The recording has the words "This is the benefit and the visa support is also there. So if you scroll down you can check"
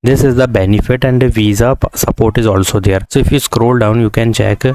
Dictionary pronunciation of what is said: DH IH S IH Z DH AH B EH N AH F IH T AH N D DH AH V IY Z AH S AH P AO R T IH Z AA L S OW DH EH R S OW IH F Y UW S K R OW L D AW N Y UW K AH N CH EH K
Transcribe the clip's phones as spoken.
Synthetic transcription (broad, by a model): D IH S IH Z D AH B EH N AH F IH T AH N D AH V IY Z AH S AH P AO R T IH Z AA L S OW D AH R S OW IH F Y UW S K R OW L D AW N Y UW K AH N CH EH K